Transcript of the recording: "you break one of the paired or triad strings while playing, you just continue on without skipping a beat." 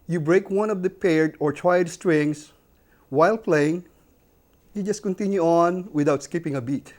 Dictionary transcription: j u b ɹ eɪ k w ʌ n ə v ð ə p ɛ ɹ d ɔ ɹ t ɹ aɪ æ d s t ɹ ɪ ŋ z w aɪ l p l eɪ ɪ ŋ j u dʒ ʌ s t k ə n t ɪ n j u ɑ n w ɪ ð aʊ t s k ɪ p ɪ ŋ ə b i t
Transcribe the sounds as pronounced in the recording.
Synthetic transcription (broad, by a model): j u b ɹ eɪ k w ʌ n ə v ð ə p ɛ ɹ d ɔ ɹ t w aɪ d s t ɹ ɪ ŋ s w aɪ l p l eɪ ɪ ŋ j u dʒ ʌ s t k ə n t ɪ n j u ɑ n w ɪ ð aʊ t s k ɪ p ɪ ŋ ə b i t